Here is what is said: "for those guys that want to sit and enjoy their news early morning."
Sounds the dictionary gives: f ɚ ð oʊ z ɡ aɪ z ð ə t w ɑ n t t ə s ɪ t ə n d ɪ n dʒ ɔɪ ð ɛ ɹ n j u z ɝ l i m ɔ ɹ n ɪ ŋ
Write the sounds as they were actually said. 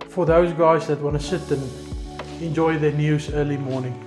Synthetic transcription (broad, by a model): f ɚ ð oʊ z ɡ aɪ z ð ə t w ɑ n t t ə s ɪ t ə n ɪ n dʒ ɔɪ ð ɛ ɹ n j u z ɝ l i m ɔ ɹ n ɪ ŋ